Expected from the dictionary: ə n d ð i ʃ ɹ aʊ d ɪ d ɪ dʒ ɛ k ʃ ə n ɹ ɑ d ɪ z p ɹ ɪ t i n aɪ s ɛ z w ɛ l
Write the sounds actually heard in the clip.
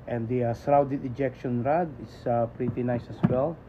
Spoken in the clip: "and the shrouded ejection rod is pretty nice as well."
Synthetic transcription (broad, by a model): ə n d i s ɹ aʊ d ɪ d ɪ dʒ ɛ k ʃ ə n ɹ ɑ d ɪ s p ɹ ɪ t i n aɪ s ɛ s w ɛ l